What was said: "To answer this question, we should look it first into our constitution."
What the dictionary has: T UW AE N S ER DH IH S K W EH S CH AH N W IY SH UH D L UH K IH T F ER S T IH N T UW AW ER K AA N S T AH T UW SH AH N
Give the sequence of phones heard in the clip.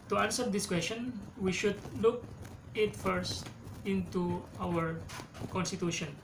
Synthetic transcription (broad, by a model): T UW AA N S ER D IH S K W EH S CH AH N W IY SH UH D L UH K IH T F ER S T IH N T UW AW ER K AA N S T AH T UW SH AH N